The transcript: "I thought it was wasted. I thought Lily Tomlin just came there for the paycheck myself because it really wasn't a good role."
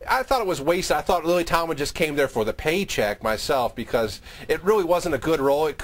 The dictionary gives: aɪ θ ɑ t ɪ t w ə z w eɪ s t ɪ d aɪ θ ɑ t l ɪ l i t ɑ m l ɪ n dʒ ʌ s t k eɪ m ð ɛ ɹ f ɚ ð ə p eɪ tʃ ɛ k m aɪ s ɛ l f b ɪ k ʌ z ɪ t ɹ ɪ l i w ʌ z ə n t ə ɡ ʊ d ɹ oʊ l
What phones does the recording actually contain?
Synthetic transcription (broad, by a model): aɪ θ ɑ t ɪ t w ə z w eɪ s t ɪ ɪ θ ɑ t l ɪ l i t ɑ m ɪ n dʒ ʌ s k eɪ m ð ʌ ɹ f ɚ ð ə p eɪ tʃ ɛ k m aɪ s ɛ l f b ɪ k ʌ z ɪ t ɹ ɪ l i w ʌ z ə n t ə ɡ ʊ d ɹ oʊ l